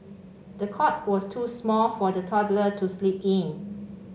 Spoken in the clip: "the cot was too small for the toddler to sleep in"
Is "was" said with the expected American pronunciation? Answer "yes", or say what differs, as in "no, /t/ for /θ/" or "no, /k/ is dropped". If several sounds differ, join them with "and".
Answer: no, /s/ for /z/